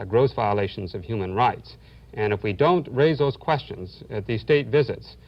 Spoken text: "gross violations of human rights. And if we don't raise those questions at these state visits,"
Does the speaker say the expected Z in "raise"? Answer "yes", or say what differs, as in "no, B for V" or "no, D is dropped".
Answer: yes